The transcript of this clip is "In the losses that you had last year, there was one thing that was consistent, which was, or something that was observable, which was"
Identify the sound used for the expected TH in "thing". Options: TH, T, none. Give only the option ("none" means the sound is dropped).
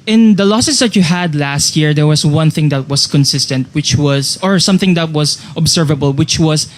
TH